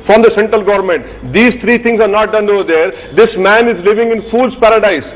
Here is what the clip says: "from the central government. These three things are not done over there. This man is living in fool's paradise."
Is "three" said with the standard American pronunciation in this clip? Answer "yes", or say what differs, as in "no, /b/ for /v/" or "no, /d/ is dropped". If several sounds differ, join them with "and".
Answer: no, /t/ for /θ/